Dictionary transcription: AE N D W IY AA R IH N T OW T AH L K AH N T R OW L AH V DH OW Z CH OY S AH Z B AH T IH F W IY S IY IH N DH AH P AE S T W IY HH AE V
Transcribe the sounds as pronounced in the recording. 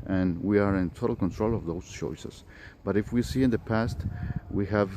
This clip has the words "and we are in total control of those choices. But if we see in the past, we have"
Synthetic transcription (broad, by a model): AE N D W IY AA R IH N T OW T AH L K AH N T R OW L AH V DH OW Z CH OY S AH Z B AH T IH F W IY S IY IH N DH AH P AE S T W IY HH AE V